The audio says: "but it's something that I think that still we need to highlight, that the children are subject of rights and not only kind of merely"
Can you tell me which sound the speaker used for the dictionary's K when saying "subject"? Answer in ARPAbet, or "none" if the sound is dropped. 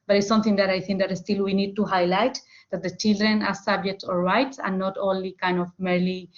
K